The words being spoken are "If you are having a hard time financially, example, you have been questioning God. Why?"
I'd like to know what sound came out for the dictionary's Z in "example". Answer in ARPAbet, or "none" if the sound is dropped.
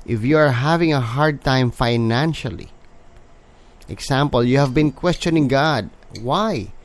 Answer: S